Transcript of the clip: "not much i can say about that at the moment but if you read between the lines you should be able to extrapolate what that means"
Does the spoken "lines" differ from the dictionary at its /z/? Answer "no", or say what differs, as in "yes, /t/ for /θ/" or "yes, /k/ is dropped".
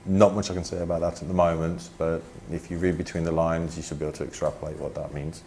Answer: no